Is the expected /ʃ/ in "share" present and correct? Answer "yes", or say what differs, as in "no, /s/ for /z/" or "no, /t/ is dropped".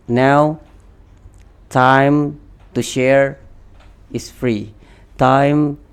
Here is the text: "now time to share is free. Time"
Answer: yes